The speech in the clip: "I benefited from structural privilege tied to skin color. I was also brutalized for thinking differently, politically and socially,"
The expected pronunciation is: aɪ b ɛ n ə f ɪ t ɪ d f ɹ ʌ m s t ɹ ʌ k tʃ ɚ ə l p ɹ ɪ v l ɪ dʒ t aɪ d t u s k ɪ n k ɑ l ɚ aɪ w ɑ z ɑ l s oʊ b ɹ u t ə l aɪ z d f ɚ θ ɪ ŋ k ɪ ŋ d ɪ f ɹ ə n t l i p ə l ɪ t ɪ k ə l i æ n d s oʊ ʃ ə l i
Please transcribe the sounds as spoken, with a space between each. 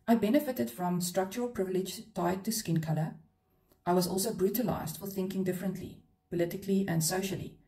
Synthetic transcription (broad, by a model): aɪ b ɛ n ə f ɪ t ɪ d f ɹ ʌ m s t ɹ ʌ k tʃ ɚ ə l p ɹ ɪ v l ɪ dʒ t aɪ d t u s k ɪ n k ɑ l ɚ aɪ w ɑ z ɑ l s oʊ b ɹ u t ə l aɪ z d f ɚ θ ɪ ŋ k ɪ ŋ d ɪ f ɹ ə n t l i p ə l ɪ t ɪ k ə l i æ n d s oʊ ʃ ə l i